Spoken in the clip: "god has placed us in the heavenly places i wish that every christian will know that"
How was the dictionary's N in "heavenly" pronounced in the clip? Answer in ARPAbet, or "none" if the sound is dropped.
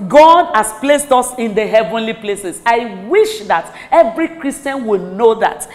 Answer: N